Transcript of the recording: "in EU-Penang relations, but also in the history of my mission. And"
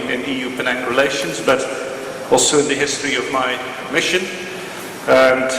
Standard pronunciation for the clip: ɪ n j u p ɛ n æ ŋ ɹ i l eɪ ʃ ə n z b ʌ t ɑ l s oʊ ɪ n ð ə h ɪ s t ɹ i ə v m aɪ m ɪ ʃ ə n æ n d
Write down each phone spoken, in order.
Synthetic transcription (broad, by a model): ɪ n j u p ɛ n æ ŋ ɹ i l eɪ ʃ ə n z b ʌ t ɑ l s oʊ ɪ n ð ə h ɪ s t ɹ i ə v m aɪ m ɪ ʃ ə n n